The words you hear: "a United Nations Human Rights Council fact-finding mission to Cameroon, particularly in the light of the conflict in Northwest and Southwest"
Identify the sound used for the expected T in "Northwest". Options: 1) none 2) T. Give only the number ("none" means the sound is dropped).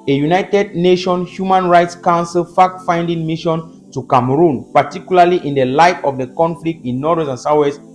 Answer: 1